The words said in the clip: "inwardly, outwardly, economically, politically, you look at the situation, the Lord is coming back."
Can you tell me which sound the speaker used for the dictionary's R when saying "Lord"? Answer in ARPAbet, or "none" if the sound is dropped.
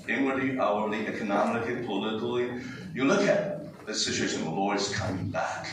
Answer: W